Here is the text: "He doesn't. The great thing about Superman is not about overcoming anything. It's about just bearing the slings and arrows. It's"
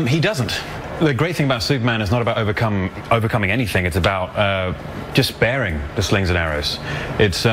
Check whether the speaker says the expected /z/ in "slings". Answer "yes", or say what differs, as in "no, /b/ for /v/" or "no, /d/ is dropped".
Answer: yes